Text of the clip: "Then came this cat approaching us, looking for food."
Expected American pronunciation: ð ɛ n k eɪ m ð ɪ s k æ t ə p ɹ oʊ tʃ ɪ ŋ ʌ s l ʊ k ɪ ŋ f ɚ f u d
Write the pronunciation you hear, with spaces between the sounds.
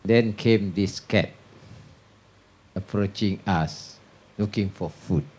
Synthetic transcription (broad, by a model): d ɛ n k eɪ m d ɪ s k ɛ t ə p ɹ oʊ tʃ ɪ ŋ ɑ s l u k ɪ ŋ f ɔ f u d